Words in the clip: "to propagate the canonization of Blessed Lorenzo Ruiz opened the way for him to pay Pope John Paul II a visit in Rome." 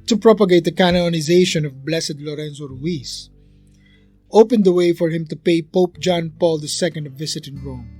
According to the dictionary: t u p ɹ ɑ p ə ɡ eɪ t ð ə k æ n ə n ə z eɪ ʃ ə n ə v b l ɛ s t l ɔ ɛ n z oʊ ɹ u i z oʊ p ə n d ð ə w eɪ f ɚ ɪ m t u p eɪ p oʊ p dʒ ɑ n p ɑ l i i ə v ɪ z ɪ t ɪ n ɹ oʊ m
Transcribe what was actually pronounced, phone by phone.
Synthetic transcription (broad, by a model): t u p ɹ ɑ p ə ɡ eɪ t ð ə k æ n ə n ə z eɪ ʃ ə n ə v b l ɛ s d l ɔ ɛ n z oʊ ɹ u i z oʊ p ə n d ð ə w eɪ f ɚ ɪ m t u p eɪ p oʊ p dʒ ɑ n p ɑ l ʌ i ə v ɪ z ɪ t ɪ n ɹ oʊ m